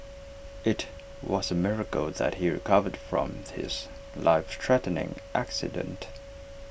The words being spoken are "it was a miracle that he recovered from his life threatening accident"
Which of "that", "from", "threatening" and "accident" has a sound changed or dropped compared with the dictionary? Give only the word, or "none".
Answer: threatening